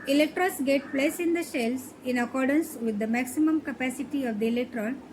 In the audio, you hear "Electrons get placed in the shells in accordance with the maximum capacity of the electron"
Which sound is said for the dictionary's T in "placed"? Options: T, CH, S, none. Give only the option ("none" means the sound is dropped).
none